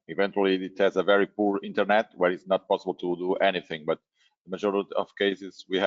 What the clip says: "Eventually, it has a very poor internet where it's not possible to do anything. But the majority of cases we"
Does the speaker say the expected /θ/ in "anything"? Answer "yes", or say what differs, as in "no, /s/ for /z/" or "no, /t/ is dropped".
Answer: yes